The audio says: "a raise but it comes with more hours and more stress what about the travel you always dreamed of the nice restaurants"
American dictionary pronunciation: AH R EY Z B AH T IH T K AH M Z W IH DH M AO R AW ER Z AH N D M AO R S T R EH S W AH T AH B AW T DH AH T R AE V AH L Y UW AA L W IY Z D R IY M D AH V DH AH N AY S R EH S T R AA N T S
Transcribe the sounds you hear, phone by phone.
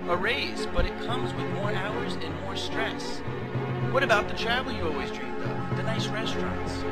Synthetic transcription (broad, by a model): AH R EY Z B AH T IH T K AH M Z W IH DH M AO R AW ER Z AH N M AO R S T R EH S W AH T AH B AW T DH AH T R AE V L Y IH AA L W IY Z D R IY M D AH V DH AH N AY S R EH S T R AA N T S